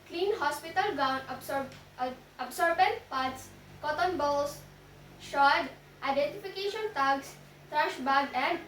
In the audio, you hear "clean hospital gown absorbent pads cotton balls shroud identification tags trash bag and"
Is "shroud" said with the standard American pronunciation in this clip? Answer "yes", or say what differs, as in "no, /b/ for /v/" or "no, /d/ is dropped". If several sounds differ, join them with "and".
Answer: no, /ɹ/ is dropped